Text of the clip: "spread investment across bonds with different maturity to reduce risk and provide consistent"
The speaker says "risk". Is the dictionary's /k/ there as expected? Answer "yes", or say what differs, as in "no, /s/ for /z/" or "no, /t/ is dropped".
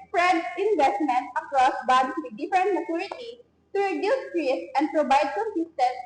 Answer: no, /k/ is dropped